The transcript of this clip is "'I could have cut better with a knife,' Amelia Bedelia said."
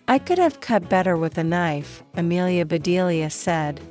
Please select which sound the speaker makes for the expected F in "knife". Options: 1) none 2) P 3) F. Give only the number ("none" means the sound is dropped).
3